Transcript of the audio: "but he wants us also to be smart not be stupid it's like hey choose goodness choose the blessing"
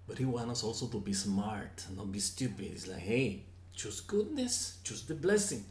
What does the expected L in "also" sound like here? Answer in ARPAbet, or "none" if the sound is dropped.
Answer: L